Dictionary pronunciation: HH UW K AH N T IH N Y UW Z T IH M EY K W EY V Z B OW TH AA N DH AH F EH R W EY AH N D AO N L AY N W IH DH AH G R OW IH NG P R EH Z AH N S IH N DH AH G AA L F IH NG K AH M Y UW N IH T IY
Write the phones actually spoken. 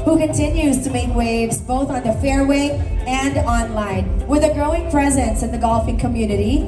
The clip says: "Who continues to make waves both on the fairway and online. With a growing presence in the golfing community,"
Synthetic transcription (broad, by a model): HH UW K AH N T IH N Y UW Z T IH M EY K W EY V Z B OW TH N DH AH F EH R W EY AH N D AO N L AY N W IH DH AH G R OW IH NG P R EH Z AH N S IH N DH AH G AA L F IH NG K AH M Y UW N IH T IY